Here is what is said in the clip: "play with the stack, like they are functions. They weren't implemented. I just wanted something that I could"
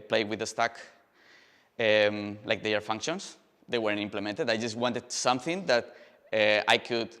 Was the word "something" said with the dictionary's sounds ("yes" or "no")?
yes